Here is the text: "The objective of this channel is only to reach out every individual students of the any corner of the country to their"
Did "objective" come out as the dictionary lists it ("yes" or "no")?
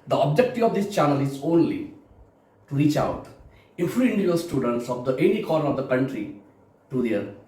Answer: no